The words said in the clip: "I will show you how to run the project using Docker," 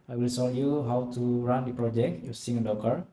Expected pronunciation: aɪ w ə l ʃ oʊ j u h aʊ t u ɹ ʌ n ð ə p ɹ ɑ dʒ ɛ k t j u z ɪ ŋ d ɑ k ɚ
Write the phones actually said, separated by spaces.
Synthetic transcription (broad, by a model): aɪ w ə l s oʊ j u h aʊ t u ɹ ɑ n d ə p ɹ ɑ dʒ ɛ k t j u s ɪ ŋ d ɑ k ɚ